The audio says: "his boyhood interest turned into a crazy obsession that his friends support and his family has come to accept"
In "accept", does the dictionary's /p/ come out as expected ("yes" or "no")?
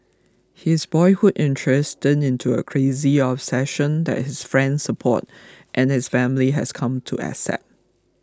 no